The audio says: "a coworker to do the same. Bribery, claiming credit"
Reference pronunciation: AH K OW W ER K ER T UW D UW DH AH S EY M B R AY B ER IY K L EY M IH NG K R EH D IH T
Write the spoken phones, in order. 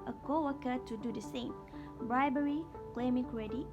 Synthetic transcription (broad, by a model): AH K OW W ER K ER T UW D UW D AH S EY M B R AY B ER IY K L EY M IH NG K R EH D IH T